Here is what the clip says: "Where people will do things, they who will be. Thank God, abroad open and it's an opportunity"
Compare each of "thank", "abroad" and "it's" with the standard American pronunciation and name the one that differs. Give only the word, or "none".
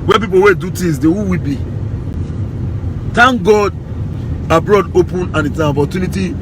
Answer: thank